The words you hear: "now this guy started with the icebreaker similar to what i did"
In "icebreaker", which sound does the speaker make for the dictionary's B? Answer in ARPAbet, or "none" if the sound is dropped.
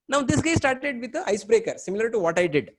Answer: B